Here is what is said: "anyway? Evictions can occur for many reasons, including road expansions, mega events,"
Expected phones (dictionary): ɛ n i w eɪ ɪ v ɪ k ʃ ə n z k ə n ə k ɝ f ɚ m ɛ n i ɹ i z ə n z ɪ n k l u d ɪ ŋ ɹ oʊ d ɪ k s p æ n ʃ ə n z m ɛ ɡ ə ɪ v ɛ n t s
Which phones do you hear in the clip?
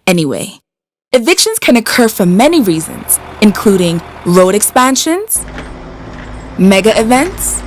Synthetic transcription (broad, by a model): ɛ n i w eɪ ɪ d ɪ k ʃ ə n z k ə n ə k ɝ f ɚ m ɛ n i ɹ i z ə n z ɪ n k l u d ɪ ŋ l oʊ d ɪ k s p æ n ʃ ə n z m ɛ ɡ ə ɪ v ɛ n t s